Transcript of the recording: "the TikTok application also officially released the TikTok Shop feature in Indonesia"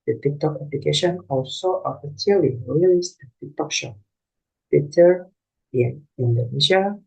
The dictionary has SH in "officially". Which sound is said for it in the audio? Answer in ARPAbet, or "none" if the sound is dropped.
S